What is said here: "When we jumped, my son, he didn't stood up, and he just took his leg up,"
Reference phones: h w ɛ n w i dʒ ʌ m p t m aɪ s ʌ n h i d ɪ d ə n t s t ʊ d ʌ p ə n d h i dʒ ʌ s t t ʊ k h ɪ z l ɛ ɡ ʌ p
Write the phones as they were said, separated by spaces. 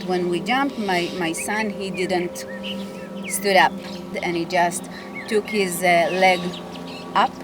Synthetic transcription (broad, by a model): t w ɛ n w i dʒ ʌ m p t m aɪ s ʌ n h i d ɪ d ə n t s t ʊ d ʌ p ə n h i dʒ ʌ s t t ʊ k h ɪ z l ɛ ɡ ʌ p